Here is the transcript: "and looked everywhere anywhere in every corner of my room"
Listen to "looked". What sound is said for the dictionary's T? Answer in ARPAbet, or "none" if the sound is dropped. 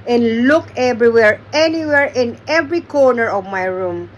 none